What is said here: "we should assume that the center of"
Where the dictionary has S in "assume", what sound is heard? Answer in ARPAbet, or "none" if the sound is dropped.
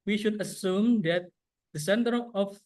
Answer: S